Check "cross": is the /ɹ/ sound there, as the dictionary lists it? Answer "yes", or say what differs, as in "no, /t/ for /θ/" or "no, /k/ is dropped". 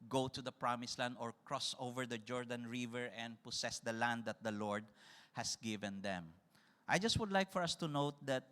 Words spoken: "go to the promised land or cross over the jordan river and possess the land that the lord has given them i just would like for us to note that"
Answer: yes